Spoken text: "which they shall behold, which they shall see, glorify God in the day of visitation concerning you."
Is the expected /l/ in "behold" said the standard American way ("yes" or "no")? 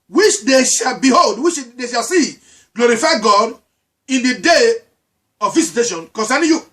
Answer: yes